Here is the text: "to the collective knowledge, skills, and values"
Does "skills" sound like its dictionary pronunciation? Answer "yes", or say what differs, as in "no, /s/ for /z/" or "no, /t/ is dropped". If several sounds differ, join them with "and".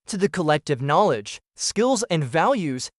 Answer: yes